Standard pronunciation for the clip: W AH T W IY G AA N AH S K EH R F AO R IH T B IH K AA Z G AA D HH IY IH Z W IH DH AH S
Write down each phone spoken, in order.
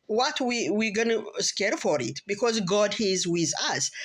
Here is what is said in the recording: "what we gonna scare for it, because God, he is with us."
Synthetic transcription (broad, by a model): W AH T W IY G AA N AH S K EH R F AO R IH T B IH K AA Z G AA D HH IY IH Z W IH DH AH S